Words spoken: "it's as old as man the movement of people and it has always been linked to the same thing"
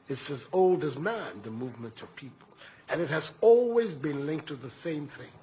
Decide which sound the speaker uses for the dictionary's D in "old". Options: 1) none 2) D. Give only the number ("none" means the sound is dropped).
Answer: 2